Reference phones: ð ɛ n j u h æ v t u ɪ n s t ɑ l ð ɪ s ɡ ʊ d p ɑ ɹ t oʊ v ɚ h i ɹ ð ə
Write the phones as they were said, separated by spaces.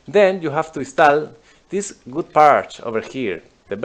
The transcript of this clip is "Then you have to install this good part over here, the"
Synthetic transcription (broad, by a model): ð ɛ n j u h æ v t u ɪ s t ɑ l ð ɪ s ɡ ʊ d p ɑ ɹ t oʊ v ɚ h i ɹ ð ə